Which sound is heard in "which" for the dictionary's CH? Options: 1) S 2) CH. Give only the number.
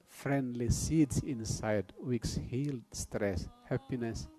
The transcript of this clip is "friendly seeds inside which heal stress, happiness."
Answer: 1